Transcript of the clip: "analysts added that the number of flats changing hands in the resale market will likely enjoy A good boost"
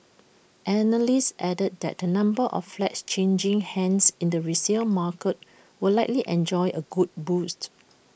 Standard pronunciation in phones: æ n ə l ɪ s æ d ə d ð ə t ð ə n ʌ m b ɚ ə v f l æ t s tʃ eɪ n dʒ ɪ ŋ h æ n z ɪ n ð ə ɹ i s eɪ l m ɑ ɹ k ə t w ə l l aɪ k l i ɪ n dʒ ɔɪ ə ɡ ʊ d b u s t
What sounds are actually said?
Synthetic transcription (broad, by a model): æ n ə l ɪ s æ d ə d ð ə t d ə n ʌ m b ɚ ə f f l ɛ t s tʃ eɪ n dʒ ɪ ŋ h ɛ n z ɪ n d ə ɹ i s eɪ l m ɑ k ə t w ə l l aɪ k l i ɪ n dʒ ɔɪ ə ɡ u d b u s t